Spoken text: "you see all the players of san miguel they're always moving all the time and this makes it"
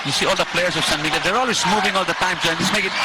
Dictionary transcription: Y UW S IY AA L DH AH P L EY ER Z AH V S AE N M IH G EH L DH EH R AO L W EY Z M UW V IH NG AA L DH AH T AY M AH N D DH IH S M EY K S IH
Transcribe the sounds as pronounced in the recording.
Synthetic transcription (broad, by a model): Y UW S IY AA L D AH P L EY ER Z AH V S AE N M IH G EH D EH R AO L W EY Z M UW V IH NG AA L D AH T AY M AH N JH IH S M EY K IH